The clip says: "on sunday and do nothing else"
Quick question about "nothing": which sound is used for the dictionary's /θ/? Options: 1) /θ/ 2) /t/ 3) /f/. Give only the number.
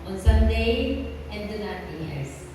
2